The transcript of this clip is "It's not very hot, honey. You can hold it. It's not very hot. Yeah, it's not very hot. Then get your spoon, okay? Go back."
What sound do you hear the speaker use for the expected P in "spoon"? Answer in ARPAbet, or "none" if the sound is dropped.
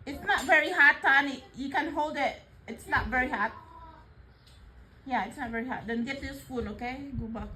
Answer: F